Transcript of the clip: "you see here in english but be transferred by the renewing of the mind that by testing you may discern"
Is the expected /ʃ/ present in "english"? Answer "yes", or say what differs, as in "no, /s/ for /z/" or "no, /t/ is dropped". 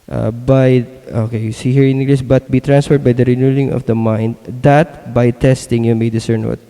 no, /s/ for /ʃ/